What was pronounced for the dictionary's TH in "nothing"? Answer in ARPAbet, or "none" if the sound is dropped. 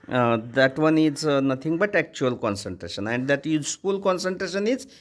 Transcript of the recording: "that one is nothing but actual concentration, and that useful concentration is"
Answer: T